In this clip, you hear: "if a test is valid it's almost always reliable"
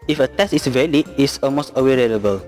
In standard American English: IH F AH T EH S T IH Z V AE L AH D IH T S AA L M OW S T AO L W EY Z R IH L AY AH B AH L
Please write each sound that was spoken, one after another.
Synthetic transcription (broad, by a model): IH F AH T EH S T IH S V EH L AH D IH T S AA L M OW S T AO W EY R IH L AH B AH L